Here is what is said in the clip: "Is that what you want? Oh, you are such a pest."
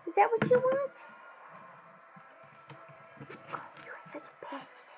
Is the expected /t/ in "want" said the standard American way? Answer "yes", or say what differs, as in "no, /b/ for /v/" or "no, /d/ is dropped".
yes